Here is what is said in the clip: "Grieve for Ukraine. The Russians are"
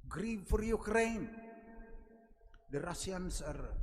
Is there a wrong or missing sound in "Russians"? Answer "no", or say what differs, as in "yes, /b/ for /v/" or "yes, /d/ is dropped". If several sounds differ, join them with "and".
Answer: yes, /s/ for /ʃ/ and /s/ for /z/